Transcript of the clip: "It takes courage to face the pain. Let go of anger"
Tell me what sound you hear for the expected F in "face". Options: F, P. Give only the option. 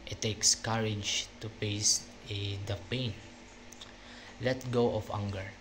P